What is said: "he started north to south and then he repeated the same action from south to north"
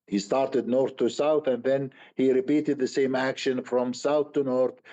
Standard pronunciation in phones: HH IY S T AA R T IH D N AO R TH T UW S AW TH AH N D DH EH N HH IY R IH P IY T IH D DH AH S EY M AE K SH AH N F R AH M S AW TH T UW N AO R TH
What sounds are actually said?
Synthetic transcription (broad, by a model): HH IY S T AA R T IH D N AO R TH T UW S AW TH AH N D DH EH N HH IY R IH P IY T IH D DH AH S EY M AE K SH AH N F R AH M S AW TH T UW N AO R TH